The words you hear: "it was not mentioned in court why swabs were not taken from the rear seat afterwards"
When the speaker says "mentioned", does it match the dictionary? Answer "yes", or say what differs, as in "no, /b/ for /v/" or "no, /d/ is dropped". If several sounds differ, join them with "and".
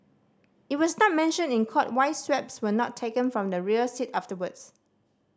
no, /d/ is dropped